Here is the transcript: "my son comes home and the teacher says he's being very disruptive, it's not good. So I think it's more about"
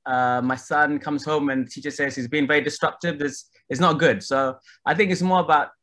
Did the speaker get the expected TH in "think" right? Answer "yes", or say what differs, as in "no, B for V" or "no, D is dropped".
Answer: yes